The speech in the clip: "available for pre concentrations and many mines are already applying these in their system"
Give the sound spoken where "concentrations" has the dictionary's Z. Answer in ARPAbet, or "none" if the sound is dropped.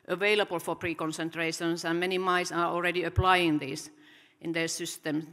S